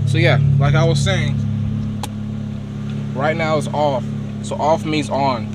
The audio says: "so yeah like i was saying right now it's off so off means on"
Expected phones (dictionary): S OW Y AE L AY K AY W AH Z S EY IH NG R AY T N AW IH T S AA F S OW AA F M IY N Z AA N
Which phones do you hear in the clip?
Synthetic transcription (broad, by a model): S OW Y AE L AY K AY W AH Z S EY IH NG R AY T N AW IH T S AA F S OW AA F M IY Z N